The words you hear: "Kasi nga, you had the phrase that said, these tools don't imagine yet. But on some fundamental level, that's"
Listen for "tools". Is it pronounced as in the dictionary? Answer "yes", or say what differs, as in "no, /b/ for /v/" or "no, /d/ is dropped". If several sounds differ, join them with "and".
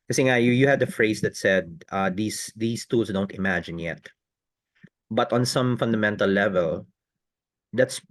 no, /s/ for /z/